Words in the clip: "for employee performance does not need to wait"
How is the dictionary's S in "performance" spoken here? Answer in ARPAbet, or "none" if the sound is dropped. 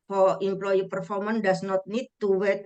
none